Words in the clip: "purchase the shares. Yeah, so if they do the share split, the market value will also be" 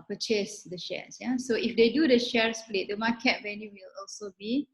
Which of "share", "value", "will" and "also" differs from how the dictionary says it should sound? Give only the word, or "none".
value